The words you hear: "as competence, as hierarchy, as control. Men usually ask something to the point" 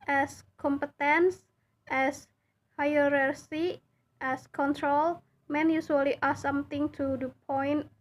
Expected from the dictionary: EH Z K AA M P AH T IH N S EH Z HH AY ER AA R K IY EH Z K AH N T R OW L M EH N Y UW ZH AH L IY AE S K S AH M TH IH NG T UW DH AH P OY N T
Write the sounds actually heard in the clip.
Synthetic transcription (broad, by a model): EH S K AA M P AH T IH N S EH S HH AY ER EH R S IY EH S K AH N T R OW L M EH N Y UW S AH L IY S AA S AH M T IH NG T UW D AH P OY N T